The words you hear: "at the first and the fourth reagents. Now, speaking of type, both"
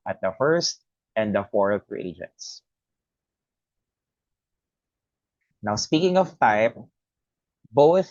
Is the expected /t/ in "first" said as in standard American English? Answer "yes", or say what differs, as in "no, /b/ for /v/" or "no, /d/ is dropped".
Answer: yes